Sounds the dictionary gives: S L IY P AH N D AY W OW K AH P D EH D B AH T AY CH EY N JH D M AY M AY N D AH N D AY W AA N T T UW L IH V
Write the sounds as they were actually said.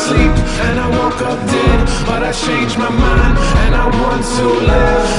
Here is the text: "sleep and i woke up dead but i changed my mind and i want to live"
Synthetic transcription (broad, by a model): S L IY P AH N AY W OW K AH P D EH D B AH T AY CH EY N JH M AY M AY N AH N AY W AA N T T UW L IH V